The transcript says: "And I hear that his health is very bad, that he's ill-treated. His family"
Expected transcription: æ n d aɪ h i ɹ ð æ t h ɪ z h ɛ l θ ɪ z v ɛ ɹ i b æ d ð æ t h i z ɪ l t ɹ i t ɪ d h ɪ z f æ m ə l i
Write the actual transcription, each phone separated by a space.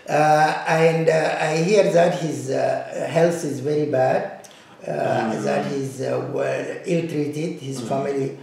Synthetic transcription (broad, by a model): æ n d aɪ h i ɹ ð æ t h ɪ z h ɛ l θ ɪ z v ɛ ɹ i b æ d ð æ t h i z ɪ l t ɹ i t ɪ d h ɪ z f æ m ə l i